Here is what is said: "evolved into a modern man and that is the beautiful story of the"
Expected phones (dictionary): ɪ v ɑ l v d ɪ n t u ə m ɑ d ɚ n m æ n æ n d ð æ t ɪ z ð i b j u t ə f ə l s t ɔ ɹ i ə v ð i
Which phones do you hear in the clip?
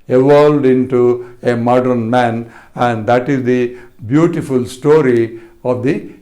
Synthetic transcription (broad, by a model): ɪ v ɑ l d ɪ n t u ə m ɑ d ɚ n m æ n æ n d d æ t ɪ z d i b j u t ə f ə l s t ɔ ɹ i ə v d i